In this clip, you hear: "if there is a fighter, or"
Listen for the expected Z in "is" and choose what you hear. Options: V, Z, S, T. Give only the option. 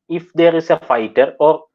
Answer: S